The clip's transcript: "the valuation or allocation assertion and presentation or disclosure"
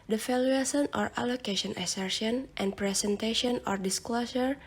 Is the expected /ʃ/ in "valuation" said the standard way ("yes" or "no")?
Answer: no